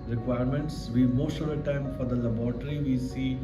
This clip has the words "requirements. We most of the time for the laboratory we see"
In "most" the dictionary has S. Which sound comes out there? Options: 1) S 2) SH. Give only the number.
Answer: 2